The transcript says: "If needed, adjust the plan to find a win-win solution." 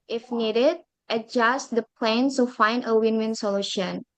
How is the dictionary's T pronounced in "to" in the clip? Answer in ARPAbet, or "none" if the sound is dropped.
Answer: S